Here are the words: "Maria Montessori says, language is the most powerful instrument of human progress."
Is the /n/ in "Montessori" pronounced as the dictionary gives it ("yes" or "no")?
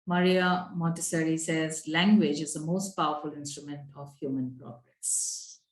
no